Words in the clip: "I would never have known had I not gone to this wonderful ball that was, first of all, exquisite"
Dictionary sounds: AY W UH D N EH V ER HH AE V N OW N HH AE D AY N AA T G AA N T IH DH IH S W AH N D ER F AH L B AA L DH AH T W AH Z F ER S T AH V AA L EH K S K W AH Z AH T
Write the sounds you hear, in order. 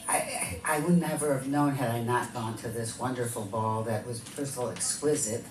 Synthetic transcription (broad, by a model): AY W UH D N EH V ER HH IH V N OW N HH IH D AY N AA T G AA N T IH DH IH S W AH N D ER F L B AA L DH AH T W AH Z P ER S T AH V L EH K S K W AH Z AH T